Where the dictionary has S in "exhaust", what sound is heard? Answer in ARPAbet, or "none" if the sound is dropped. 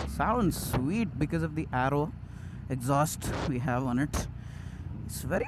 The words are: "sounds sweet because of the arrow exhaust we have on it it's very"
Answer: S